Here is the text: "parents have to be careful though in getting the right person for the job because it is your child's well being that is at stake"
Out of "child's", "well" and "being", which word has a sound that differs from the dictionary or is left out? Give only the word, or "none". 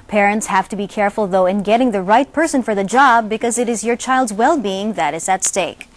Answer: none